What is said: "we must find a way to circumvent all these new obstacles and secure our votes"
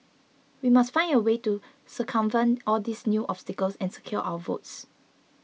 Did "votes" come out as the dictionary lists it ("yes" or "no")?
yes